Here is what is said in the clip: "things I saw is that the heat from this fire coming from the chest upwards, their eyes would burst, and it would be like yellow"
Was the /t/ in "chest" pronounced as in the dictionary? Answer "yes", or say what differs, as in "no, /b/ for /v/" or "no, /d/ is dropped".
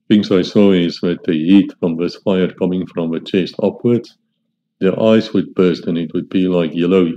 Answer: yes